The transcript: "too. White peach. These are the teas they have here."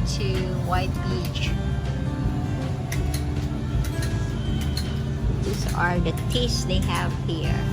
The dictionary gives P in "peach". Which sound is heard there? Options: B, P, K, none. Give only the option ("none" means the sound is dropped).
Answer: B